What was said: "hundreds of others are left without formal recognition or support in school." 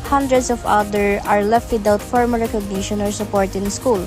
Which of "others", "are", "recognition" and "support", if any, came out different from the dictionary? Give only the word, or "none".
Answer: others